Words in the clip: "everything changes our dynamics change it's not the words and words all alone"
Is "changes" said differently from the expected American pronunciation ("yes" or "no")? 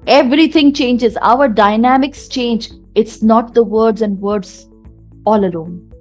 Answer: no